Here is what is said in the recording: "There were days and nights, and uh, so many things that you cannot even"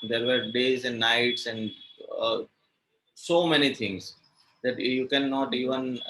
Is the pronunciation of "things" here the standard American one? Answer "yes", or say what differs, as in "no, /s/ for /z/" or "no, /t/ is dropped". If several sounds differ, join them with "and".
no, /t/ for /θ/